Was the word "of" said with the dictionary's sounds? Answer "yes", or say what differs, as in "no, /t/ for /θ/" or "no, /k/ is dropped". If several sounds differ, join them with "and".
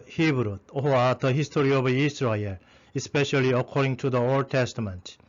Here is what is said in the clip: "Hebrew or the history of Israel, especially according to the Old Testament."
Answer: no, /b/ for /v/